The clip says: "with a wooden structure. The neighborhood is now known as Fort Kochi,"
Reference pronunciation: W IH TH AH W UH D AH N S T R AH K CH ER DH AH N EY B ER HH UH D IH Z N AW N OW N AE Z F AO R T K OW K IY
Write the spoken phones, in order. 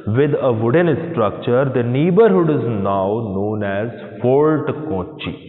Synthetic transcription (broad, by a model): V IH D AH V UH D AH N S T R AH K CH ER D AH N EY B ER HH UH D IH Z N AW N OW N AE Z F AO L T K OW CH IY